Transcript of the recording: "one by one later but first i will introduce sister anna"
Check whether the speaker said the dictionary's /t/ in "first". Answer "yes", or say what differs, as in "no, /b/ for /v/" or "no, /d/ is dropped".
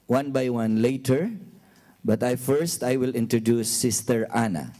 yes